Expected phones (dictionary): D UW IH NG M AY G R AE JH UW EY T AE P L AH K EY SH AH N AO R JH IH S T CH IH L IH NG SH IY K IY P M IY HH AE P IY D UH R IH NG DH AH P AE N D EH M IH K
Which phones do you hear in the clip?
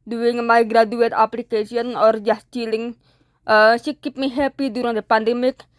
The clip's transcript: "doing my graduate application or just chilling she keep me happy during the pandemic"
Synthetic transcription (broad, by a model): D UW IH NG M AY G R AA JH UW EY T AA P L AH K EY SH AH N AO R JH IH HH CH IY L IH NG S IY K IY P M IY HH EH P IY D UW R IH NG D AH P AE N D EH M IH K